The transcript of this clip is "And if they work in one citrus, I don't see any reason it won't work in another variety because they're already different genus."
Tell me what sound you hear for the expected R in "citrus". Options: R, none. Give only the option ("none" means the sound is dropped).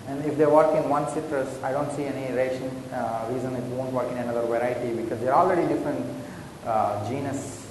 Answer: R